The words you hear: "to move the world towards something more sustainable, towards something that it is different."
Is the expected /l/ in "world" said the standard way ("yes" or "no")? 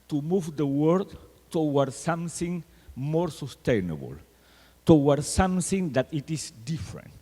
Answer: no